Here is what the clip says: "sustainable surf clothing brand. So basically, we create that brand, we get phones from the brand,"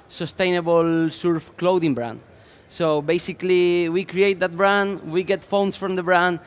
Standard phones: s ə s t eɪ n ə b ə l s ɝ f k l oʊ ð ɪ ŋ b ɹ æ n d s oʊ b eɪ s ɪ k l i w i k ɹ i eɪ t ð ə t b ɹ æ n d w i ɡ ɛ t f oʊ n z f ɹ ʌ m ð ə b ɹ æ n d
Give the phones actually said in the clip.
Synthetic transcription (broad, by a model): s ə s t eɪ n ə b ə l s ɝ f k l oʊ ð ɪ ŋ b ɹ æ n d s oʊ b eɪ s ɪ k l i w i k ɹ i eɪ t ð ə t b ɹ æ n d w i ɡ ɛ t f oʊ n s f ɹ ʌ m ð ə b ɹ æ n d